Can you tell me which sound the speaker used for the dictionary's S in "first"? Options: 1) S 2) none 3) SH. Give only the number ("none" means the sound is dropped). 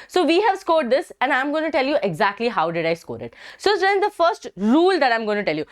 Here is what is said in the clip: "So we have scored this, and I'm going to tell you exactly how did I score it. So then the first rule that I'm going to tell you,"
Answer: 1